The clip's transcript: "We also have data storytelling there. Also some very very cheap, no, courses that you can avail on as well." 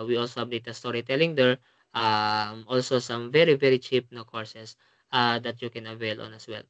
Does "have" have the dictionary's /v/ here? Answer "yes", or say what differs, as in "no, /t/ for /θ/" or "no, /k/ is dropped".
no, /b/ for /v/